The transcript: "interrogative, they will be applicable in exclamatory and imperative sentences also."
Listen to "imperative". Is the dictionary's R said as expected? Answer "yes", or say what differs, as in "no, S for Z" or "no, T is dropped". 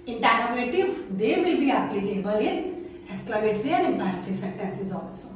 no, R is dropped